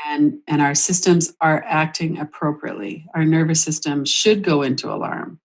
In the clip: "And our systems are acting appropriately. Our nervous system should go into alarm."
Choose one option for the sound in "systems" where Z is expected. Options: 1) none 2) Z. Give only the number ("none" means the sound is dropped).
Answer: 2